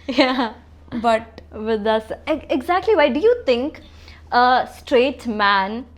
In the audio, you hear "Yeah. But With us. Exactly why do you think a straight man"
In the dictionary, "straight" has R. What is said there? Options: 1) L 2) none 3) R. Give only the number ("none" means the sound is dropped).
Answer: 3